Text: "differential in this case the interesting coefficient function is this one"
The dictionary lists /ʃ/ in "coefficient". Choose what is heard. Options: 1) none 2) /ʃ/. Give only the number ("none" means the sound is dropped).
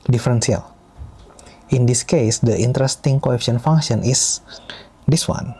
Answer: 1